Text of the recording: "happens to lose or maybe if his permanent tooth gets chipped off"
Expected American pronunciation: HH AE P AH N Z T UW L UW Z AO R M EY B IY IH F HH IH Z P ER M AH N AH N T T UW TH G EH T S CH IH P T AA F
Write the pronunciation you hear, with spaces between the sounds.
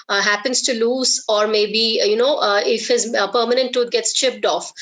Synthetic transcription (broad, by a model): HH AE P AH N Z T UW L UW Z AO R M EY B IY IH F HH IH Z P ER M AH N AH N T T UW T G EH T S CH IH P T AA F